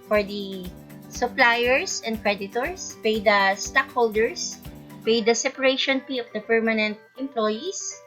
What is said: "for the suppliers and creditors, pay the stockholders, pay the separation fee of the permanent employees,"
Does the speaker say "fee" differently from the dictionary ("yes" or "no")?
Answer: yes